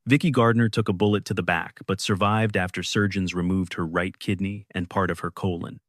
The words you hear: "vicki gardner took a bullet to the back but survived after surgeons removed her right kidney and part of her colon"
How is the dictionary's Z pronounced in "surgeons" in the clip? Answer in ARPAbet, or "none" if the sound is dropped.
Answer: Z